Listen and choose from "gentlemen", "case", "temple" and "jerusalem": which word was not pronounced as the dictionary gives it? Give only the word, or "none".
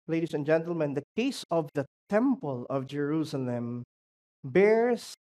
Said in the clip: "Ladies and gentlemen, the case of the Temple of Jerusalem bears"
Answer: none